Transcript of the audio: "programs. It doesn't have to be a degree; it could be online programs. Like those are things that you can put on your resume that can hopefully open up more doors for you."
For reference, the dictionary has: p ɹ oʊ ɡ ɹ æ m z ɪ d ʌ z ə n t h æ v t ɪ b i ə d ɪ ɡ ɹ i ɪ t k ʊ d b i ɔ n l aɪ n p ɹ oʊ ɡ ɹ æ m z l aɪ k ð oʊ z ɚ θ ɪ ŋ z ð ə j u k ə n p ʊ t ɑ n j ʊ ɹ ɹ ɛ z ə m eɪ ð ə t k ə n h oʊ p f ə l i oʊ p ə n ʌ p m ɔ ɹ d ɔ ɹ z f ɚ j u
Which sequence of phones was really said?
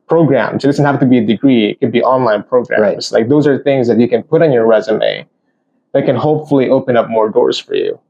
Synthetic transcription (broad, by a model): p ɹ oʊ ɡ ɹ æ m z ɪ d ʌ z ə n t h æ f t ɪ b i ə d ɪ ɡ ɹ i ɪ t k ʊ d b i ɔ n l aɪ n p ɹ oʊ ɡ ɹ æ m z l aɪ k ð oʊ z ɚ θ ɪ ŋ z ð ə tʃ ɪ k ə n p ʊ t n j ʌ ɹ ɹ ɛ z ə m eɪ ð ə t k ə n h oʊ p f l i oʊ p ə n ʌ p m ɔ ɹ d ɔ ɹ z f ɚ j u